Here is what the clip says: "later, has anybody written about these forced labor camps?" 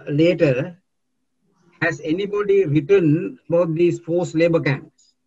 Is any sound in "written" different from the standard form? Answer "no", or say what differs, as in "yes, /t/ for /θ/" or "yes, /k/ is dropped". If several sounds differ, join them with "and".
no